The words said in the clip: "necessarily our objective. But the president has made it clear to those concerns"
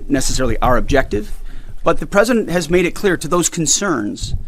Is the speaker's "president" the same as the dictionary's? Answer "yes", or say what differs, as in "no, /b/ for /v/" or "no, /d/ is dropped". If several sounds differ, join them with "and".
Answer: yes